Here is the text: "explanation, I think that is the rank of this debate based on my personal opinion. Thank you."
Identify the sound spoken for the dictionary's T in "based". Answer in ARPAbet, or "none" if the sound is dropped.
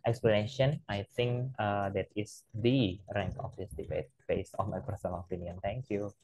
none